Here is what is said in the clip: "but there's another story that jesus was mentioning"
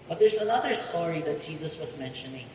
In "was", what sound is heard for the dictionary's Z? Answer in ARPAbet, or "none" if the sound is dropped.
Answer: Z